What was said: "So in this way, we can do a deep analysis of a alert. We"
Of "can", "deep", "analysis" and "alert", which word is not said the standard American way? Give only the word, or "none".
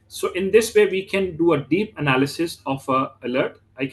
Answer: none